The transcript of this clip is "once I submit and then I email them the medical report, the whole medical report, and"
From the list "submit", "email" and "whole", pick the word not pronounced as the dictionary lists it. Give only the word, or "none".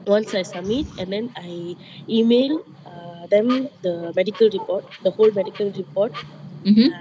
submit